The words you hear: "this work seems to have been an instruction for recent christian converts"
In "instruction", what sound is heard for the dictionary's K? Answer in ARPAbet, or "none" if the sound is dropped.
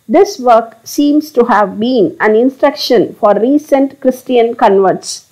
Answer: K